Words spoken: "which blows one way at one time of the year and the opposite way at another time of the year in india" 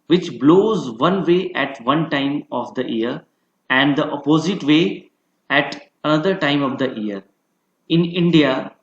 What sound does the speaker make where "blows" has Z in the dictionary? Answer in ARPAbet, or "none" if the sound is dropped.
Z